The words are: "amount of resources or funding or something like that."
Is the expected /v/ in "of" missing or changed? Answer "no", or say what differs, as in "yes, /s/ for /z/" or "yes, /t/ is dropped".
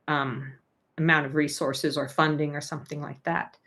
no